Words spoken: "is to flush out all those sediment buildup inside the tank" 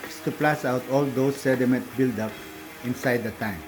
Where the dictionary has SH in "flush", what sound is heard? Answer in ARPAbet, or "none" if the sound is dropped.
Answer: S